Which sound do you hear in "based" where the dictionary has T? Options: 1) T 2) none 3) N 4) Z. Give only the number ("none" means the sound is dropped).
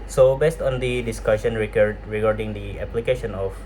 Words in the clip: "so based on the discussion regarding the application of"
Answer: 1